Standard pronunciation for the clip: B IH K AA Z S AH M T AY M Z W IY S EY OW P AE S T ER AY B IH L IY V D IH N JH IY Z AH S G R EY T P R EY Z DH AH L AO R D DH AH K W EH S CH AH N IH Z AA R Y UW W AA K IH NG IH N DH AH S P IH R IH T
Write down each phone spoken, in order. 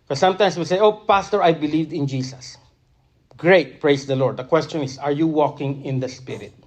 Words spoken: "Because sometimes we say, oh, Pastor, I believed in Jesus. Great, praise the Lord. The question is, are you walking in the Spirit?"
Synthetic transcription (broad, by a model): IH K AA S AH M T AY M S W IY S EY OW P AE S T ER AY B IH L IY V D IH N JH IY S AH S G R EY T P R EY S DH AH L AO R D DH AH K W EH S CH AH N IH S AA R Y UW W AA K IH NG IH N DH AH S P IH R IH T